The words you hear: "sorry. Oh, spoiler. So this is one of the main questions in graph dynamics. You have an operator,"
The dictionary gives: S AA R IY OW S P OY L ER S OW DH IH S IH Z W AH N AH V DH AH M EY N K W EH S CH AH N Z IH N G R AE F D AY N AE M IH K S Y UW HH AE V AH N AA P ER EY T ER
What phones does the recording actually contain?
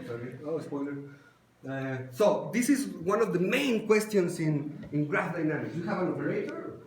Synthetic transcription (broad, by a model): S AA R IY OW S P OY L ER S OW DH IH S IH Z W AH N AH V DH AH M EY N K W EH S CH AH N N IH N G R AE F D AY N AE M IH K Y UW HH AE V AH N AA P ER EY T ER